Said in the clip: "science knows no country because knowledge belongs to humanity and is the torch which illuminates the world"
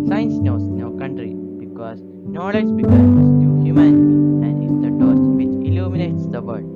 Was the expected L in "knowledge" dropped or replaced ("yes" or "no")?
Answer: no